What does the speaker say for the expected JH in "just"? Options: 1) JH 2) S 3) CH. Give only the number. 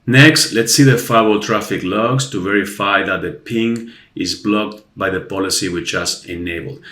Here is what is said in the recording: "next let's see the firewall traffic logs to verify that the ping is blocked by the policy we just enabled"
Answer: 3